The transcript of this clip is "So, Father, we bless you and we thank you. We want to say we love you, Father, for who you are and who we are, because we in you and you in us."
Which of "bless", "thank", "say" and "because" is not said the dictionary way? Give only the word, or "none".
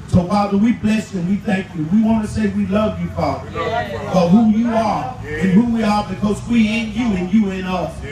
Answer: none